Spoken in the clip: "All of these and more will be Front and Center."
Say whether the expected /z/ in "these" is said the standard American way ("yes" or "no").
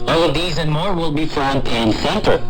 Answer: yes